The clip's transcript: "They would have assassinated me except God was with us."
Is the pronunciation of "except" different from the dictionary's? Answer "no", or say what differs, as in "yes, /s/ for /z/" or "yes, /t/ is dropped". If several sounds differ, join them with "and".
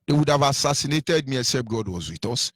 yes, /k/ is dropped